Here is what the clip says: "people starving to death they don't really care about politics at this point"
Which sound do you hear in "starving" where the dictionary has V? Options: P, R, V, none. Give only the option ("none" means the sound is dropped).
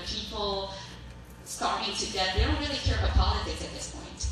none